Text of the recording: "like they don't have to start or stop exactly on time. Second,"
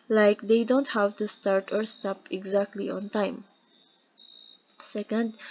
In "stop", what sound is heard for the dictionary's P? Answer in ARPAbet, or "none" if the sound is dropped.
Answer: P